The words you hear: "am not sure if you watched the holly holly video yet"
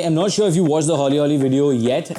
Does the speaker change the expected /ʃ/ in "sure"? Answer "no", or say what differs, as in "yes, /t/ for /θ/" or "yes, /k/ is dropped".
no